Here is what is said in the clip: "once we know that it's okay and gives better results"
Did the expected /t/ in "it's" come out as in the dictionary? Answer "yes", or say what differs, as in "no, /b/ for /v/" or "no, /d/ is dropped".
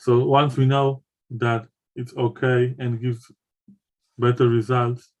yes